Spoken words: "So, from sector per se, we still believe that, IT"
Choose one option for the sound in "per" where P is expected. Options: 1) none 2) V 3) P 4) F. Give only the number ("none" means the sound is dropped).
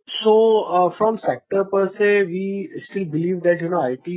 3